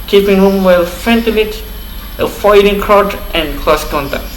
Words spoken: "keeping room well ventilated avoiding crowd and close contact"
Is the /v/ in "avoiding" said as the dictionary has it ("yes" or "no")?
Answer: no